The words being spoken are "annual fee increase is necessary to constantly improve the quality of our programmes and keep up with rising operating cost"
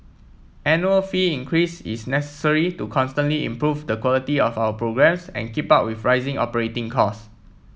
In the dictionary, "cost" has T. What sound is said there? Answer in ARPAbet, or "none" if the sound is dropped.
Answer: none